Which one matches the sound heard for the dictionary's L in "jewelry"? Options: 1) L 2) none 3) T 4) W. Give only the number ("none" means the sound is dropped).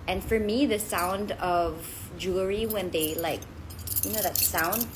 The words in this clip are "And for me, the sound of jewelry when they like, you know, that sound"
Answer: 2